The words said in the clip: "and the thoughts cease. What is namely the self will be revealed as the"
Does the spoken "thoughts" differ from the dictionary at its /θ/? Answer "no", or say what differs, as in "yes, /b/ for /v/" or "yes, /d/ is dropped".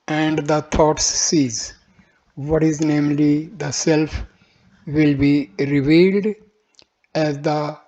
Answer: yes, /t/ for /θ/